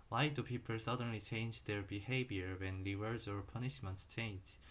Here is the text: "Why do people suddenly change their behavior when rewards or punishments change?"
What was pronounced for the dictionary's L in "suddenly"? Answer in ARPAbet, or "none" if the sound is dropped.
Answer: L